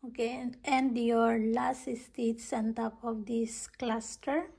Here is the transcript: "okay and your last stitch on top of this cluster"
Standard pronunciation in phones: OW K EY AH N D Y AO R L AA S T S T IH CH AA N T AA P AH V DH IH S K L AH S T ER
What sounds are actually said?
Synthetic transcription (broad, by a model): OW K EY AH N D Y AO R L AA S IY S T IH S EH N T AA P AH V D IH S K L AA S T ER